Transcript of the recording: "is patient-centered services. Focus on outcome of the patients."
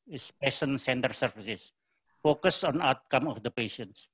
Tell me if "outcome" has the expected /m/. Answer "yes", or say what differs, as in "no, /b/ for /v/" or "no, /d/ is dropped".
yes